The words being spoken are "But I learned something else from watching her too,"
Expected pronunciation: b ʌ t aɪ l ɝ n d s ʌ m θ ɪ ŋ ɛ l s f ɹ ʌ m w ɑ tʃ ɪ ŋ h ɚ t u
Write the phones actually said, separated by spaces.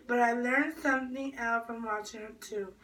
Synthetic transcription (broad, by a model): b ʌ t aɪ l ɝ n d s ʌ m θ ɪ ŋ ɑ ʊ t f ɹ ʌ m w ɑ ɪ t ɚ t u